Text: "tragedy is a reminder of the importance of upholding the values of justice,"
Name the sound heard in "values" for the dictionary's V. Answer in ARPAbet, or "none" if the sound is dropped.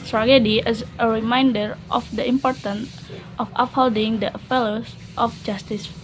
F